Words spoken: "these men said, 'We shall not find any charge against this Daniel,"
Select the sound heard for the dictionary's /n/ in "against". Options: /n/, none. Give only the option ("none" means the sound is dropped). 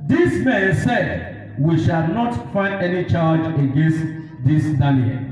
/n/